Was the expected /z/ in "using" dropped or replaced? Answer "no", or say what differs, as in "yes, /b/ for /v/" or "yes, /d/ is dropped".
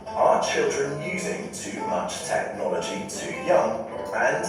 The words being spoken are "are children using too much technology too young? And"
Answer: no